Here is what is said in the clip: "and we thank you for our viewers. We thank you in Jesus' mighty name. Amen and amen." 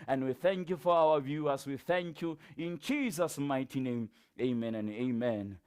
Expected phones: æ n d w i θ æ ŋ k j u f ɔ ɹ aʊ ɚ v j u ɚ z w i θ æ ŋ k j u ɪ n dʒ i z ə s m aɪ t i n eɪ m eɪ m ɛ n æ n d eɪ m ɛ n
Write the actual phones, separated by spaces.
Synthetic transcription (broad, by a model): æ n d w i θ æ ŋ k j u f ɔ ɹ aʊ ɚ v j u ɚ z w i θ æ ŋ k j u ɪ n dʒ i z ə s m aɪ t i n eɪ m eɪ m ɛ n n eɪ m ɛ n